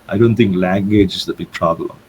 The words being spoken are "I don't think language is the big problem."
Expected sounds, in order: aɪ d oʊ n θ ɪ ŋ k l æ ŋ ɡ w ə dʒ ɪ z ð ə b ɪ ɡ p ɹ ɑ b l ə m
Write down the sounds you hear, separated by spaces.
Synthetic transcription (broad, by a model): aɪ d oʊ n t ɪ ŋ k l æ ŋ ɡ w ə dʒ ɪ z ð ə b ɪ ɡ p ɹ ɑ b l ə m